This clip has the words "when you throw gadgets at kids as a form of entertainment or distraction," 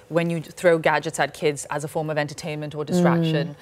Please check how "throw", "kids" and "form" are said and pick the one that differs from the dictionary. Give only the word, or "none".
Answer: none